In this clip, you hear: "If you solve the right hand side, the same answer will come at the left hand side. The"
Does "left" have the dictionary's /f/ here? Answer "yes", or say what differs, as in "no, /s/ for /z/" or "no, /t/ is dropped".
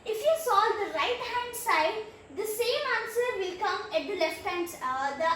yes